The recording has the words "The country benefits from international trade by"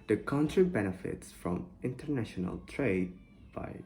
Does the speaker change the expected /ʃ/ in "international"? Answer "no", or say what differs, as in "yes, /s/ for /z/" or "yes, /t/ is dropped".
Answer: no